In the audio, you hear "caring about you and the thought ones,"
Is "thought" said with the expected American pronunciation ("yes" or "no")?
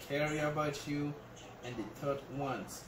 no